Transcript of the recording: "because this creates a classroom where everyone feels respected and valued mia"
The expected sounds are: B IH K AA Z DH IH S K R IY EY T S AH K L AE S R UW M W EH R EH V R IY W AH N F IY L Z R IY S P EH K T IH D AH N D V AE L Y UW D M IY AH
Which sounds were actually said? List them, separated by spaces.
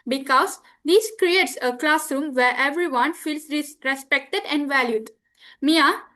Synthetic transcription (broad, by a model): B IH K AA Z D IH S K R IY EY T S AH K L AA S R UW M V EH R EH V R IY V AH N F IY L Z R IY S P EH K T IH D AH N D V AE L Y UW D M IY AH